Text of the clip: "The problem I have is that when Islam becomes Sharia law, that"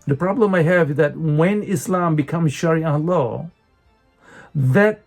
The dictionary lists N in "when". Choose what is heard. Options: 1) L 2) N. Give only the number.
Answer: 2